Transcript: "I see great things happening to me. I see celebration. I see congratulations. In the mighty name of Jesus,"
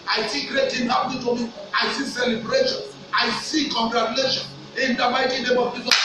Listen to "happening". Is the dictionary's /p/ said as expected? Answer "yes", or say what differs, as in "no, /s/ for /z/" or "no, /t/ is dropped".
no, /p/ is dropped